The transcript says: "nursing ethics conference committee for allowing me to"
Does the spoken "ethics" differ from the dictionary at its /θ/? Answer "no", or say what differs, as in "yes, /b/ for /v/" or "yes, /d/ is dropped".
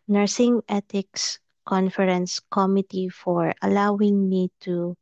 yes, /t/ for /θ/